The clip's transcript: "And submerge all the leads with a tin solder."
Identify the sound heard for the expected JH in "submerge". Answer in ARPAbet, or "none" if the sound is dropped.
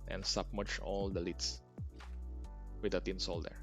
CH